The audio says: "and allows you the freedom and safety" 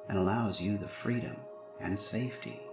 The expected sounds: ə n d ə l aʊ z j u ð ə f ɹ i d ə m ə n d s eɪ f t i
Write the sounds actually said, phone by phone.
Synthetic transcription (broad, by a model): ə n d ə l aʊ z j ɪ ð ə f ɹ i d ə m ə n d s eɪ f t i